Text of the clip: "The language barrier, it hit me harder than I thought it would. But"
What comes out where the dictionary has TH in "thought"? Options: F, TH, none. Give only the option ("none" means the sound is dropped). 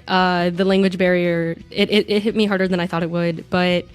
TH